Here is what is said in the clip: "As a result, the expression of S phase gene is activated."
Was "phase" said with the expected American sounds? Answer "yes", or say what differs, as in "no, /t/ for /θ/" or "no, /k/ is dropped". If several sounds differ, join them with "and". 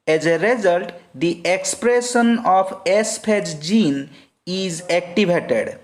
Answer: no, /p/ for /f/